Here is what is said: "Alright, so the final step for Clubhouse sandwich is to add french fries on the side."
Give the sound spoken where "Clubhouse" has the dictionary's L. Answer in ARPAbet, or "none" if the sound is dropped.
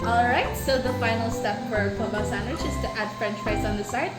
none